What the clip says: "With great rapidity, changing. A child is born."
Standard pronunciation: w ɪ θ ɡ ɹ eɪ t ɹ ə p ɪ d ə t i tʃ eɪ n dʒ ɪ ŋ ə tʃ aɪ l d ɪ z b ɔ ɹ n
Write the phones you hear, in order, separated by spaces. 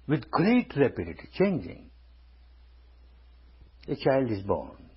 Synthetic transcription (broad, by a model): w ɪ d ɡ ɹ eɪ t ɹ ə p ɪ d ə t i tʃ eɪ n dʒ ɪ ŋ ə tʃ aɪ l d ɪ z b ɔ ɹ n